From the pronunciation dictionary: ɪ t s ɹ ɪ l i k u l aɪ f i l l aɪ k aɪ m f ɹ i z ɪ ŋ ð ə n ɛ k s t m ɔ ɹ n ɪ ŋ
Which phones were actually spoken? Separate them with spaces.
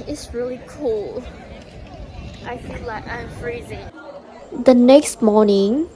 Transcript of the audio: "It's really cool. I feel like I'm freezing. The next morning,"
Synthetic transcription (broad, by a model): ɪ t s ɹ ɪ l i k u l aɪ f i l l aɪ k aɪ m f ɹ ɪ z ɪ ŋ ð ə n ɛ k s t m ɔ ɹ n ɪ ŋ